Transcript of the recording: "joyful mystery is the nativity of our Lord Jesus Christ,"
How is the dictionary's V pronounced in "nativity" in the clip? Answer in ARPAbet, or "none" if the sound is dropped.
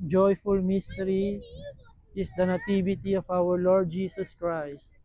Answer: B